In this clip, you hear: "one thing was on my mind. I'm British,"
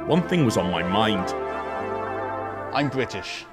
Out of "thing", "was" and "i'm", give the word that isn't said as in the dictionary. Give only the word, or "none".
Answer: none